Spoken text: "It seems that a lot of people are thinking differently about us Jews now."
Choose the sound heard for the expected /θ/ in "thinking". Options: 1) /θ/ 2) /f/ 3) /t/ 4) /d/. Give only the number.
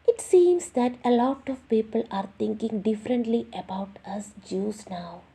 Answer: 3